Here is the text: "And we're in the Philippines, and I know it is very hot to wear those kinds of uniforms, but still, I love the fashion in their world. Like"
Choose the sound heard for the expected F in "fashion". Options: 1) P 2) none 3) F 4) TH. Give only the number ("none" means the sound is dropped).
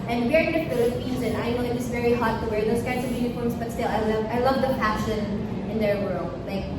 1